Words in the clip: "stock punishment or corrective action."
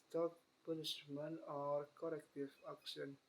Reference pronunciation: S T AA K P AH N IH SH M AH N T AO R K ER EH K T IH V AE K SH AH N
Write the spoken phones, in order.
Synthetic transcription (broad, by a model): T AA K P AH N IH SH M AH N AO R K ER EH K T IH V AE K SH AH N